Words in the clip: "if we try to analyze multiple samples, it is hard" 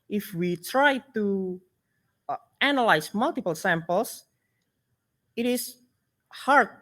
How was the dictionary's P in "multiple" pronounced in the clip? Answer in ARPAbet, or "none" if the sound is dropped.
P